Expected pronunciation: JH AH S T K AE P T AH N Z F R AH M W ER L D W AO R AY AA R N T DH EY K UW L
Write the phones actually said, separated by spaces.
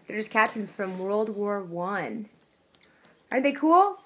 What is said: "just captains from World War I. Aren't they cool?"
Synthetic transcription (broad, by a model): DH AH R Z K AE P T AH N Z F R AH M W ER L D W AO R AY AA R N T DH EY K UW L